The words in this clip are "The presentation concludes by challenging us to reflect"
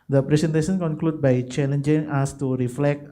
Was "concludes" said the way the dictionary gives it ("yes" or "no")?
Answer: no